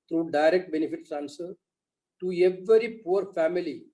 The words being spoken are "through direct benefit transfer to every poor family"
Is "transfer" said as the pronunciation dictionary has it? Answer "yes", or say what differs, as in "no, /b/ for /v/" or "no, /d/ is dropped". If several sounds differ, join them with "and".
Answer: no, /ɹ/ is dropped and /f/ is dropped